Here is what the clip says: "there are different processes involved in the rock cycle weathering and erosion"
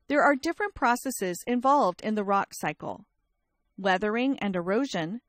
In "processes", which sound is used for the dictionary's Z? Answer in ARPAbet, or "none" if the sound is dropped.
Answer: Z